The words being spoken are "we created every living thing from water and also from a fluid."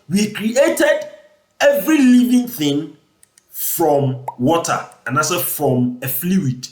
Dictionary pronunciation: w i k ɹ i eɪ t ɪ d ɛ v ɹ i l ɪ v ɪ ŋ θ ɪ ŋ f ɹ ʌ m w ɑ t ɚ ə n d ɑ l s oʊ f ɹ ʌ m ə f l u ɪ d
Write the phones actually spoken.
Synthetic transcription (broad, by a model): w i k ɹ i eɪ t ɪ d ɛ v ɹ i l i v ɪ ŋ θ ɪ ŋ f ɹ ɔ m w ɑ t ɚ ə n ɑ s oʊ f ɹ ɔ m ə f l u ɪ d